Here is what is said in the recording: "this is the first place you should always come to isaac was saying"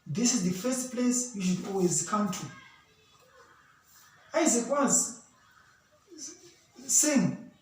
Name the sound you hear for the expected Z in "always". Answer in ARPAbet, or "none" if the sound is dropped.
Z